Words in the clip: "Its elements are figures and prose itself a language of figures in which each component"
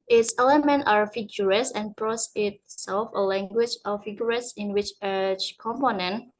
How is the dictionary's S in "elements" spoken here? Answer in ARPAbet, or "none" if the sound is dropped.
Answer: none